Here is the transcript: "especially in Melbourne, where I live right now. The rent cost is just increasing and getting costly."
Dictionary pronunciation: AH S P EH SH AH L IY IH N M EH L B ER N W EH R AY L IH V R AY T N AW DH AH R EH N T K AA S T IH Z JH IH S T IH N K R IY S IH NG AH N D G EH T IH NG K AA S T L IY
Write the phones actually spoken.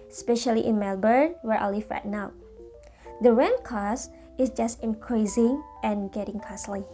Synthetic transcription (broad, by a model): S P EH SH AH L IY IH N M EH L B ER N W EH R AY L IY F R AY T N AW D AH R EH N K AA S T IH S JH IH S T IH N K R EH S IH NG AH N G EH T IH NG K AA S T L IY